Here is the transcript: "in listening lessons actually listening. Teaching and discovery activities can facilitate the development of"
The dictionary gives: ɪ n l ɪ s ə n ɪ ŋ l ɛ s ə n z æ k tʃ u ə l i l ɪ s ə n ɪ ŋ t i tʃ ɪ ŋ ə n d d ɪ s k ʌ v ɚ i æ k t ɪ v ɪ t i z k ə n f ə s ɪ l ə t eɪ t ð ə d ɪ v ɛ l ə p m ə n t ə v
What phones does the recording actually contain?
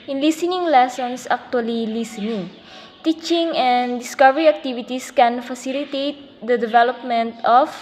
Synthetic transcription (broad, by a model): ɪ n l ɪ s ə n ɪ ŋ l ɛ s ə n s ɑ k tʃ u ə l i l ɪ s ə n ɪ ŋ t i tʃ ɪ ŋ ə n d d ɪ s k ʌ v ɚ i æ k t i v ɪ t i s k ə n f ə s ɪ l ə t eɪ t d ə d ɪ v ɛ l ə p m ə n t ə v